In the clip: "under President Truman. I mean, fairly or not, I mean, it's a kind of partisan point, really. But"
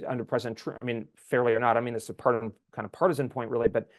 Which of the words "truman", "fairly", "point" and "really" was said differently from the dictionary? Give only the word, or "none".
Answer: truman